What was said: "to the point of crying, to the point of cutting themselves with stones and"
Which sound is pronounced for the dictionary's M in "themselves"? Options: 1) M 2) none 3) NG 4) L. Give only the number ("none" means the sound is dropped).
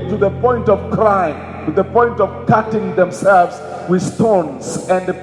1